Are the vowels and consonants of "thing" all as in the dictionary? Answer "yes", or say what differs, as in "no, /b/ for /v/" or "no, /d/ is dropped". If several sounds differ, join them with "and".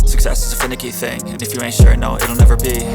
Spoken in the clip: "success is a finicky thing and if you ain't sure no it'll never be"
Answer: yes